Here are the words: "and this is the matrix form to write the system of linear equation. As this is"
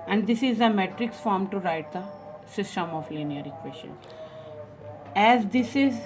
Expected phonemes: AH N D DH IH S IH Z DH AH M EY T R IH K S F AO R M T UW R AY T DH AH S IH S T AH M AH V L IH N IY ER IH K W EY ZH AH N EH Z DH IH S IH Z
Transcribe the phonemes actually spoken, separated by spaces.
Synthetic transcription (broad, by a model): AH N D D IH S IH Z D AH M EY T R IH K S F AO R M T UW R AY T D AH S IH S T AH M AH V L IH N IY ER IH K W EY S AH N EH Z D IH S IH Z